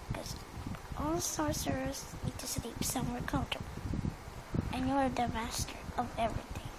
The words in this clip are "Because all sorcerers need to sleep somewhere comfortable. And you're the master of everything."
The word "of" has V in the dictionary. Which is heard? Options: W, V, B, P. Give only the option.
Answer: V